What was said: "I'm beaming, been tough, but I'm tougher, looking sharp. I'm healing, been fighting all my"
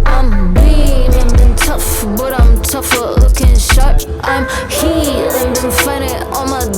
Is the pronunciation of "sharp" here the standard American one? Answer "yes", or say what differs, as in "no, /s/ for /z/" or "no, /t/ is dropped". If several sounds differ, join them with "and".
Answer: no, /p/ is dropped